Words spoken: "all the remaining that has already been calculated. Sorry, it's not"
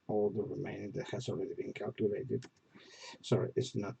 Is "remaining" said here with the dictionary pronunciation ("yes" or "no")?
no